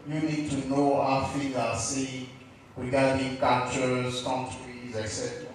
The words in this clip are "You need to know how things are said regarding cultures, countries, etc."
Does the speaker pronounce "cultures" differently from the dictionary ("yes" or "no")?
yes